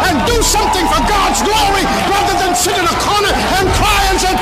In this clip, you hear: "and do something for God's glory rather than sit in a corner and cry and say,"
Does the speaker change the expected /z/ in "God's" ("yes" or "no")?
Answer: no